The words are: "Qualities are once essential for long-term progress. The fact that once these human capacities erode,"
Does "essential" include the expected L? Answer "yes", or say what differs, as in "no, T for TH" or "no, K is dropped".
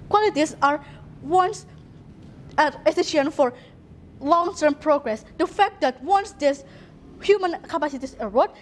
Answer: no, N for L